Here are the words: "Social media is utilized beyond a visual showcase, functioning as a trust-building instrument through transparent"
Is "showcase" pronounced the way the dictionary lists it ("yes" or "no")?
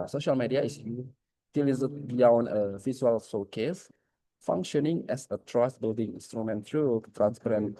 no